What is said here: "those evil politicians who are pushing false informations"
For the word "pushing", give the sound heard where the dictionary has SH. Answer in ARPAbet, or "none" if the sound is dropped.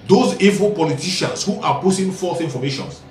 S